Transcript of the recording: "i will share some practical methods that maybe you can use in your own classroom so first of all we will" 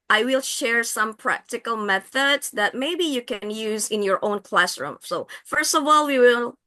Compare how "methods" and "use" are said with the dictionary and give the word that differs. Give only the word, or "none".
none